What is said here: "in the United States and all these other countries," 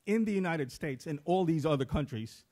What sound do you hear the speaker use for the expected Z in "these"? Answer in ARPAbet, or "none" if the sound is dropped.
Z